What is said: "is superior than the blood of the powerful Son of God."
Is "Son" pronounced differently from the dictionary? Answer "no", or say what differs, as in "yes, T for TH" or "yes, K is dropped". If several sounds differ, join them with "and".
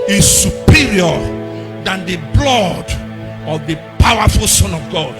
no